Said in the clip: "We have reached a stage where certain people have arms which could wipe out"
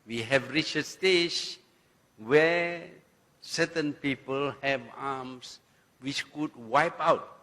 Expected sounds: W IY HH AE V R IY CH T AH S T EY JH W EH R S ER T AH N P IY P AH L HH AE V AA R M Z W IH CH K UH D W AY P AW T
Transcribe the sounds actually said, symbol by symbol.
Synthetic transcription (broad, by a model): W IY HH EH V R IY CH AH S T EY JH W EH S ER T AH N P IY P AH L HH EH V AA M S W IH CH K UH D W AY P AW T